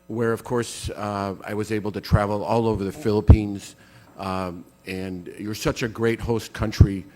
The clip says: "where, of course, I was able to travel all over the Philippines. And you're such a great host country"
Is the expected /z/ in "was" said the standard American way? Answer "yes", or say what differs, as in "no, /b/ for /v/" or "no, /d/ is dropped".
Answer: yes